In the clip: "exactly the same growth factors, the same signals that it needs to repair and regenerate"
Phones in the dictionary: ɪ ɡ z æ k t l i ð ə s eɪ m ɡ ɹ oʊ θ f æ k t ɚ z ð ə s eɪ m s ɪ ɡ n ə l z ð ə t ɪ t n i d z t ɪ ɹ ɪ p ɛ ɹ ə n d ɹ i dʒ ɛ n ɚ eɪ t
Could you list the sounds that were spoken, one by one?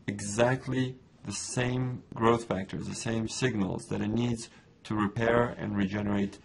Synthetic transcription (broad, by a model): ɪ ɡ z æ k t l i ð ə s eɪ m ɡ ɹ oʊ θ f æ k t ɚ z ð ə s eɪ m s ɪ ɡ n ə l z ð ə t ɪ t n i d z t ɪ ɹ ɪ p ɛ ɹ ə n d ɹ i dʒ ɛ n ɚ eɪ t